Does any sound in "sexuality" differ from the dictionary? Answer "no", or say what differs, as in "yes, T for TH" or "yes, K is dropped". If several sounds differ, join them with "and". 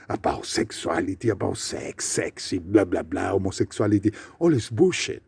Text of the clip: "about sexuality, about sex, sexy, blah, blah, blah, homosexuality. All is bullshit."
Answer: yes, S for SH